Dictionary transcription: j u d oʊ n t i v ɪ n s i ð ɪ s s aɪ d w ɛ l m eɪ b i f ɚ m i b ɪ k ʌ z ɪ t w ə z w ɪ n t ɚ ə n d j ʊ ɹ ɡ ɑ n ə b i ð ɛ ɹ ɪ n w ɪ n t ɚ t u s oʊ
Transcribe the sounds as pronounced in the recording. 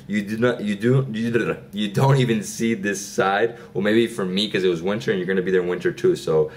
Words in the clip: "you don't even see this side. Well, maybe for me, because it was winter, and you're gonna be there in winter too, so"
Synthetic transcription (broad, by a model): j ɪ d oʊ n t i v ɪ n s i ð ɪ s s aɪ d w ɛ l m eɪ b i f ɚ m i k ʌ z ɪ t w ə z w ɪ n t ɚ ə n j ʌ ɹ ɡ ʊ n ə b i ð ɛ ɹ ɪ n w ɪ n t ɚ t u s oʊ